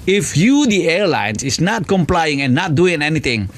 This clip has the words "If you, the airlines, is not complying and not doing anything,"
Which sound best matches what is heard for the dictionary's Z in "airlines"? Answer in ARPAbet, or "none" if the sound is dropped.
S